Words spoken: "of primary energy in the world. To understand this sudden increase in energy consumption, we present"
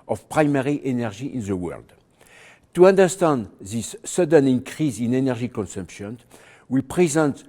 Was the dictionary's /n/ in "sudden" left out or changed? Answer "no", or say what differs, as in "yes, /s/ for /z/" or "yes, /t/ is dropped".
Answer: no